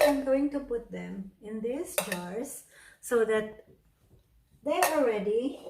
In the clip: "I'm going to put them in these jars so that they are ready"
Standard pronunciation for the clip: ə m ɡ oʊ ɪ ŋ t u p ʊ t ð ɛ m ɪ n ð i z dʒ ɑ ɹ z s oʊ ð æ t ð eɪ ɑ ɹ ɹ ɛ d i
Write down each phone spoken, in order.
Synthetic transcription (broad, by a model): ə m ɡ oʊ ɪ ŋ t u p ʊ t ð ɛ m ɪ n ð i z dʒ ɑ ɹ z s oʊ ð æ t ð eɪ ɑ l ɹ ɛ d i